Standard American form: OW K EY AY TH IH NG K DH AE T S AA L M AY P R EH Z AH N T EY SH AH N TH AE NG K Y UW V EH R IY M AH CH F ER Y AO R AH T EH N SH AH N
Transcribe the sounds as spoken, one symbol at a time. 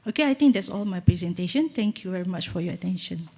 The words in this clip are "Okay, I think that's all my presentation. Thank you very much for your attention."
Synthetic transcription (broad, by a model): OW K EY AY T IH NG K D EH T S AA L M AY P R EH Z AH N T EY SH AH N T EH NG K Y UW V EH R IY M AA CH F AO Y AO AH T EH N SH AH N